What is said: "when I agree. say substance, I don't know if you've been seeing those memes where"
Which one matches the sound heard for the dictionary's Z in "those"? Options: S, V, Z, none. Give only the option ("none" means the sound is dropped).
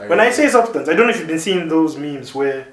Z